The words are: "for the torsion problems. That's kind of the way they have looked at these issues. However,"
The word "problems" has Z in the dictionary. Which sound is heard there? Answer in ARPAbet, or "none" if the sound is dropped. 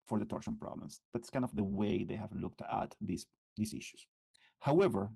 S